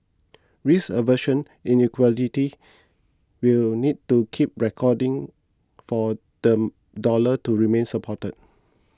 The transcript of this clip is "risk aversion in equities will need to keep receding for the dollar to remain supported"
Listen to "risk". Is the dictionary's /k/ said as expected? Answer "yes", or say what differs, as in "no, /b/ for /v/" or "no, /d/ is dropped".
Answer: no, /k/ is dropped